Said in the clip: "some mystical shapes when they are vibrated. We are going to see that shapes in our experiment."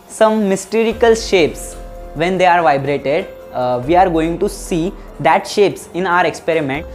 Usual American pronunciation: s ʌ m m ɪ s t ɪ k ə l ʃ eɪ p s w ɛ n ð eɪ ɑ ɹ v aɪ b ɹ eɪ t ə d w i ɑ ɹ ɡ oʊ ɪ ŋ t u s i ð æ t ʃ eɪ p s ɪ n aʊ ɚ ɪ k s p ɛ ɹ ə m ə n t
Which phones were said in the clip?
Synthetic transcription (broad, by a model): s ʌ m m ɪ s t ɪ k ə l ʃ eɪ p s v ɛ n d eɪ ɑ ɹ v aɪ b ɹ eɪ t ə d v i ɑ ɹ ɡ oʊ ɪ ŋ t u s i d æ t ʃ eɪ p s ɪ n aʊ ɚ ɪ k s p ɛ ɹ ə m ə n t